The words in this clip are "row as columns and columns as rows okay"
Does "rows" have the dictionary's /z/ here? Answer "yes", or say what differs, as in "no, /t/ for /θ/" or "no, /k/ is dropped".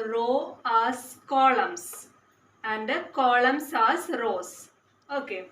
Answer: no, /s/ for /z/